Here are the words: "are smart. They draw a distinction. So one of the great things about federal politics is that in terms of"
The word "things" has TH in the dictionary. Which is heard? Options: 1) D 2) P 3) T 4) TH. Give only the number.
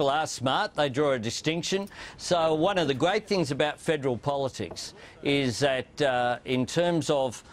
4